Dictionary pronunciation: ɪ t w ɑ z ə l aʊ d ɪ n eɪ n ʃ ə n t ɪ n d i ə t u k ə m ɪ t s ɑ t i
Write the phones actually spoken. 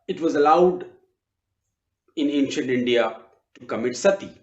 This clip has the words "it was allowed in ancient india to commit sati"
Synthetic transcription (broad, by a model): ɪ t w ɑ z ə l aʊ d ɪ n eɪ n ʃ ə n t ɪ n d i ə t u k ə m ɪ t s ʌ t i